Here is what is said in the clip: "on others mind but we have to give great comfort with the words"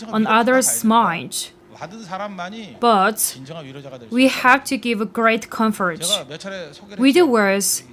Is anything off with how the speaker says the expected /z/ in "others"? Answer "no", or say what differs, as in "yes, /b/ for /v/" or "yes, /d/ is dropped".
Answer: yes, /s/ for /z/